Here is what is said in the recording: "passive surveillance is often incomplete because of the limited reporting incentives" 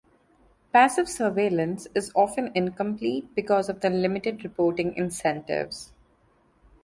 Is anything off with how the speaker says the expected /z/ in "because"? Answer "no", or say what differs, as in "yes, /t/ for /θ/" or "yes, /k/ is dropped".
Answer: no